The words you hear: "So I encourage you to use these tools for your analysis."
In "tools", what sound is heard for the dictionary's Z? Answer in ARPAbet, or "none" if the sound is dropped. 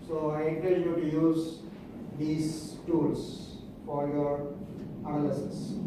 S